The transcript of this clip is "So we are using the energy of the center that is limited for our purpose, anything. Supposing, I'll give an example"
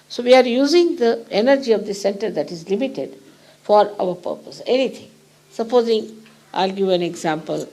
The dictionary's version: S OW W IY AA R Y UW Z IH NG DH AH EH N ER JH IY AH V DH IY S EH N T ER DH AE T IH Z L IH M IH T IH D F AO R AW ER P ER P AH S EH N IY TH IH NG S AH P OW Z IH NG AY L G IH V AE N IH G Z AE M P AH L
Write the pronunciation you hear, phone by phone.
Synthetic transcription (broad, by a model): S OW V IY AA R Y UW Z IH NG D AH EH N ER JH IY AH V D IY S EH N T ER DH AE T IH Z L IH M IH T IH D F AO R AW ER P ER P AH S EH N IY T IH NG S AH P OW Z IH NG AY L G IH V AE N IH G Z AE M P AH L